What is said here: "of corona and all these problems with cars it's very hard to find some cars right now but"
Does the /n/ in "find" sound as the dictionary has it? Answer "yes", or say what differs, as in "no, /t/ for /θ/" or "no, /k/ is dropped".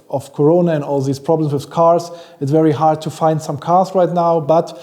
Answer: yes